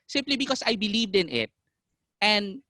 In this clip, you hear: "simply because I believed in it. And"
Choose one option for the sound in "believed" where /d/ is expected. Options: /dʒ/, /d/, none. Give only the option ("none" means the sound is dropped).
/d/